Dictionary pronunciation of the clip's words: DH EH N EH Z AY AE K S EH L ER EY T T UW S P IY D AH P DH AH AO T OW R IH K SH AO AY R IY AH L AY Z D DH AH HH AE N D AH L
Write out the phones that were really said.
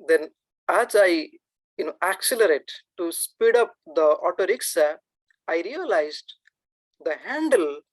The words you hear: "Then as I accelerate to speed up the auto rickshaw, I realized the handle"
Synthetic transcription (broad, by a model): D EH N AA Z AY AE K S EH L ER EY T T UW S P IY D AH P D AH AO T OW R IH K S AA AY R IY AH L AY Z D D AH HH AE N D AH L